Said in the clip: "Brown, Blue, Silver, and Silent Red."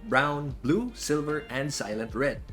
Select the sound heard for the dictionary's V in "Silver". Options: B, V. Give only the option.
V